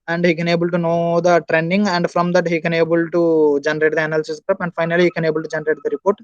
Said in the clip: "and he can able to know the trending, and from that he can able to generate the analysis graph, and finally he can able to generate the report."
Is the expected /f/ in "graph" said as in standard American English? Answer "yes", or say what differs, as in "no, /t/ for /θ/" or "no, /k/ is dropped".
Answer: no, /p/ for /f/